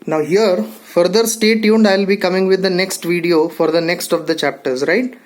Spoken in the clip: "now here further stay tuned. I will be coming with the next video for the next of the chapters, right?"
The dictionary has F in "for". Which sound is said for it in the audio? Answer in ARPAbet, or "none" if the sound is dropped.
F